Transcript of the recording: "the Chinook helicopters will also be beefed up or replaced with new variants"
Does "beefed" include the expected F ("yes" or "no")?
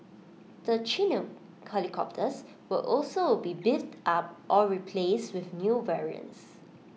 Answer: no